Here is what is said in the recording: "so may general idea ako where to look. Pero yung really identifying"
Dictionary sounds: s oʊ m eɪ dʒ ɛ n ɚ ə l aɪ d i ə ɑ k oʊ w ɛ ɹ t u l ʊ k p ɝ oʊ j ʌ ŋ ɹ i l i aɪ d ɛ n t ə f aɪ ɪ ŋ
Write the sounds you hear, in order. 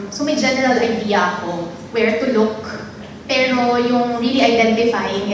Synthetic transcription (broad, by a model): s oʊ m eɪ dʒ ɛ n ɚ ə l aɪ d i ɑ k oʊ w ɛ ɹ t u l ʊ k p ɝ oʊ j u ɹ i i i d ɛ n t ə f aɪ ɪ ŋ